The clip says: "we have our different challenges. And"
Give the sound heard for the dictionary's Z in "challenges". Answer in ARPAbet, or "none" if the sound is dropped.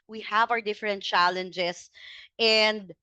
S